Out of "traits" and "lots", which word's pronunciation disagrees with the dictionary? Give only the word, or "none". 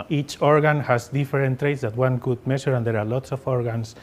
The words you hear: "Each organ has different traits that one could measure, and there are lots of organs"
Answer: none